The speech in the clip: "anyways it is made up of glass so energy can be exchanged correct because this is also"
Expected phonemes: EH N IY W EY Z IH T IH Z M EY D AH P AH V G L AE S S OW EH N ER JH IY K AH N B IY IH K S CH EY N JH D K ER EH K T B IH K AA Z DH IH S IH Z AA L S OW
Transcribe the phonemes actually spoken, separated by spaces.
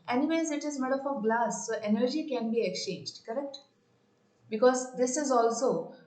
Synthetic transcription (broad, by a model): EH N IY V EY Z IH T IH Z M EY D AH F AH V G L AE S S OW EH N ER JH IY K AH N B IY IH K S CH EY N JH D K ER EH K T B IH K AA Z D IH S IH Z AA L S OW